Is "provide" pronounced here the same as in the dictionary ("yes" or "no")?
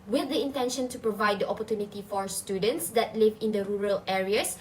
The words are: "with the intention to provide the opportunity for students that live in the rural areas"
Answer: yes